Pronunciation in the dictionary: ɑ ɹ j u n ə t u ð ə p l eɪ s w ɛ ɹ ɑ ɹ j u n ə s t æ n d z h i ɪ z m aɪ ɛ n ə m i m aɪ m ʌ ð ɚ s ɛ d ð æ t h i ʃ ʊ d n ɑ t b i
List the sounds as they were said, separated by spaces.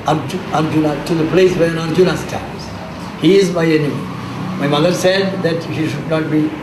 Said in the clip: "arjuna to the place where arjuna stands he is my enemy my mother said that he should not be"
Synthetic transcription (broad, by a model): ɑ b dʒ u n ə t u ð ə p l eɪ s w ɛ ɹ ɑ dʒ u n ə s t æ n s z h i ɪ z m aɪ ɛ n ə m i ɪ m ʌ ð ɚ s ɛ d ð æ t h i ʃ ʊ d n ɑ t b i